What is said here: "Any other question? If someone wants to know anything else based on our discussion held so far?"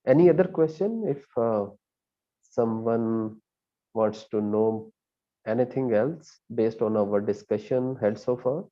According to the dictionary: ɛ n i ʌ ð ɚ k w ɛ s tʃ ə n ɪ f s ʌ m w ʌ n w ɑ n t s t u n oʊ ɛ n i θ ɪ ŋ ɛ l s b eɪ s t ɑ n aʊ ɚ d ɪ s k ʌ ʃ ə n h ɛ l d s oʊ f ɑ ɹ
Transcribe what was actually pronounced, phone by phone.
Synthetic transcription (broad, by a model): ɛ n i ʌ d ɚ k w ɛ s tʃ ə n ɪ f s ʌ m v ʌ n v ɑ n t s t u n oʊ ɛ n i t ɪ ŋ ɛ l s b eɪ s t ɑ n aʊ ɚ d ɪ s k ʌ ʃ ə n h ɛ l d s oʊ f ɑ ɹ